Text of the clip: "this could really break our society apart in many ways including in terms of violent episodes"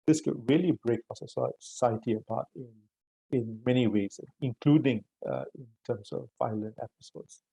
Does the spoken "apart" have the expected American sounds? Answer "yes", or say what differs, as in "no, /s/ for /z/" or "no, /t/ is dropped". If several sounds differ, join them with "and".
no, /b/ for /p/